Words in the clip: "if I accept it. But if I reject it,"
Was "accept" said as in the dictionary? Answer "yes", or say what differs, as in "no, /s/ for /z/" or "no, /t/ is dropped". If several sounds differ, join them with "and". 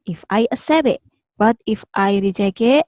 no, /k/ is dropped